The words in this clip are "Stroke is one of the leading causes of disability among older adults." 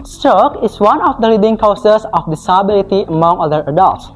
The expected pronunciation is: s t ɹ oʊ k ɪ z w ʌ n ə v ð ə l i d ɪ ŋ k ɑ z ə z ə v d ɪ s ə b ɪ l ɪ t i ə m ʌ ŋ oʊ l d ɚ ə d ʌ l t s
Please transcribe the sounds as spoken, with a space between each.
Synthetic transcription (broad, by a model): s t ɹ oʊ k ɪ s w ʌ n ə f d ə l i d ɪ ŋ k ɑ s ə s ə f d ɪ s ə b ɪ l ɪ t i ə m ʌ ŋ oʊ d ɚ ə d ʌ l t s